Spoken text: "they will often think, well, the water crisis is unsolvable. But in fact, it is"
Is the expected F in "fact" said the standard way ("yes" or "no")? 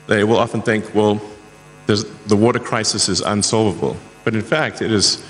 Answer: yes